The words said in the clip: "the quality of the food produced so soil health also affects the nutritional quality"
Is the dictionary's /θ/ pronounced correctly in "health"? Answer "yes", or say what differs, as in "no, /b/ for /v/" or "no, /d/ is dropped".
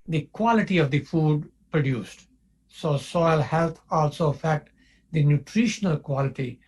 no, /t/ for /θ/